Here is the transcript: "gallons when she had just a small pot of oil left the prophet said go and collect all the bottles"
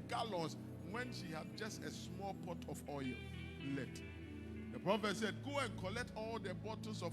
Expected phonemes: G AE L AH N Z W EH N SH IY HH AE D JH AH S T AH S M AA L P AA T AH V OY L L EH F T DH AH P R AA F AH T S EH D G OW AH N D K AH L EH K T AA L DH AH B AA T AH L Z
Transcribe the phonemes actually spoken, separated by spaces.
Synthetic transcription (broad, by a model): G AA L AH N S W EH N SH IY HH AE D JH AH S T AH S M AA L P AA T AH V OY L L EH T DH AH P R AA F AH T S EH D G OW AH N K AH L EH K T AA L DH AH B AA T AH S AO